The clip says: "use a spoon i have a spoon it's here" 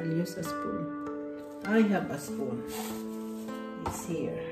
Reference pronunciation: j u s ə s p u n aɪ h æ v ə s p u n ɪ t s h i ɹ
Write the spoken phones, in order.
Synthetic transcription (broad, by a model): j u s ə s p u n aɪ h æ b ə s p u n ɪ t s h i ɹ